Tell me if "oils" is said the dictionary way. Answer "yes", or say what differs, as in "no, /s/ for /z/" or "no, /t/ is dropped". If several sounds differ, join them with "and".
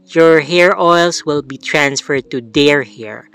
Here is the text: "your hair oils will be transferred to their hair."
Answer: no, /s/ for /z/